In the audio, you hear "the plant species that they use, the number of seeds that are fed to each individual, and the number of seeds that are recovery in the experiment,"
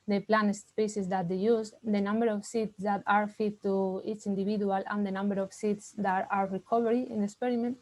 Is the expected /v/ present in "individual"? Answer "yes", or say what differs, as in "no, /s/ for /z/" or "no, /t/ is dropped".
no, /b/ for /v/